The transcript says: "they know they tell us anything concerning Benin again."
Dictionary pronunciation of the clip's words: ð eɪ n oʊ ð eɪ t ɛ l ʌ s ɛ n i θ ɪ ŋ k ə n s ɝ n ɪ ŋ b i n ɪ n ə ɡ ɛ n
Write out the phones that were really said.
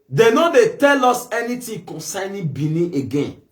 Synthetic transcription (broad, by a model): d eɪ n oʊ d eɪ t ɛ l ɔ s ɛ n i t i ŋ k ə n s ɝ n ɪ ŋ b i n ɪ ə ɡ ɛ n